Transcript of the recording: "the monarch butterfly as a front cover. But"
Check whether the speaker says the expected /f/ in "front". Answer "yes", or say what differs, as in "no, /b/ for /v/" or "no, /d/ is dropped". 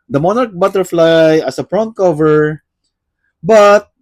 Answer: no, /p/ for /f/